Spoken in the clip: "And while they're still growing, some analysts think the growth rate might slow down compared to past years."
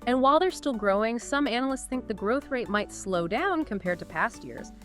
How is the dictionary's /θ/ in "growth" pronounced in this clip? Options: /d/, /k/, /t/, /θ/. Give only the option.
/θ/